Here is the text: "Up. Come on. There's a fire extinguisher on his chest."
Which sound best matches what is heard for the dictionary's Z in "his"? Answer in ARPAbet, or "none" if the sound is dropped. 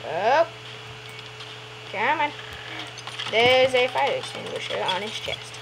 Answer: S